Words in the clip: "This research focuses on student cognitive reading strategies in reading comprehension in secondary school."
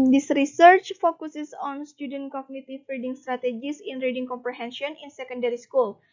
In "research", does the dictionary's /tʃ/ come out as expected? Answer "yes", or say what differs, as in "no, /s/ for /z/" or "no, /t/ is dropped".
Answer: yes